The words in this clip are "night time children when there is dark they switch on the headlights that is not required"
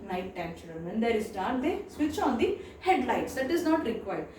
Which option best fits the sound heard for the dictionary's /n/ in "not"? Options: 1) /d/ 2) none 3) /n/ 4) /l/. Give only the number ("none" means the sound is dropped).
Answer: 3